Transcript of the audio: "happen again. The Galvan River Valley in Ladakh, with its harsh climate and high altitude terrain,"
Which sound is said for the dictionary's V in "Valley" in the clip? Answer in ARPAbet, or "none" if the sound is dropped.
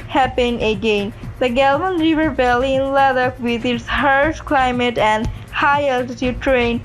B